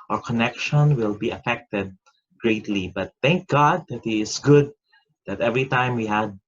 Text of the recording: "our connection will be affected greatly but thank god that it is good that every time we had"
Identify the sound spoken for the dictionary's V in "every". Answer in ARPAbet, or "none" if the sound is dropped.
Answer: V